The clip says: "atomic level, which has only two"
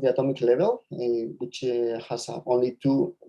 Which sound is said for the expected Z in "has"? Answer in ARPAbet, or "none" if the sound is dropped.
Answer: S